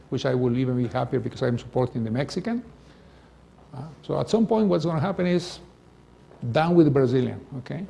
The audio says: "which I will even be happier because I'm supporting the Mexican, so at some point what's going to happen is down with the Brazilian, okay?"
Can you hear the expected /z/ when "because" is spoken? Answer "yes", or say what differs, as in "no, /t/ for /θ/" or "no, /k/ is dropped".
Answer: no, /s/ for /z/